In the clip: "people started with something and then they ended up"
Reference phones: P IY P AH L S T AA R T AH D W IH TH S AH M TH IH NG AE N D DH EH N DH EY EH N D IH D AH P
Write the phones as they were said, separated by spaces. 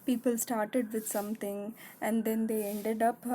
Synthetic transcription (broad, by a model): P IY P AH L S T AA R T AH D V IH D S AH M T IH NG AE N D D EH N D EY EH N D IH D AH P